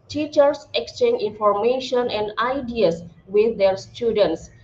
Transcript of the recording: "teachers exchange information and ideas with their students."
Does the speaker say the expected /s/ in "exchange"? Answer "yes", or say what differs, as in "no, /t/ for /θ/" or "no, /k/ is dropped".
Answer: yes